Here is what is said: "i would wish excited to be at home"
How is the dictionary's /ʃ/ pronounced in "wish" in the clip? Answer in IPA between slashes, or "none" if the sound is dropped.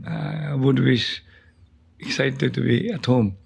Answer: /s/